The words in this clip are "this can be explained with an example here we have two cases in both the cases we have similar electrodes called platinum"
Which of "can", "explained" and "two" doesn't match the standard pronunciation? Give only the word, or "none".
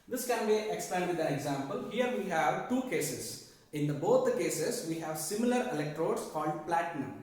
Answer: explained